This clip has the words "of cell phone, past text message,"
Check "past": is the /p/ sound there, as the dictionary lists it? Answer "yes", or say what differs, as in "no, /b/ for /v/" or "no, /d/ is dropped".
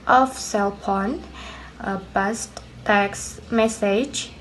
no, /b/ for /p/